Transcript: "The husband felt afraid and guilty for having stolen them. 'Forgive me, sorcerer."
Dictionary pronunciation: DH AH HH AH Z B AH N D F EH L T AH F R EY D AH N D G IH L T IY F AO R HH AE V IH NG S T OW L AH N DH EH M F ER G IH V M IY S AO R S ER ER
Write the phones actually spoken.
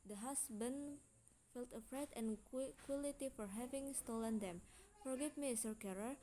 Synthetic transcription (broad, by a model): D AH HH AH S B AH N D F EH L T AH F R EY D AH N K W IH L T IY F AO R HH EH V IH NG S T OW L AH N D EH M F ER G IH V M IY S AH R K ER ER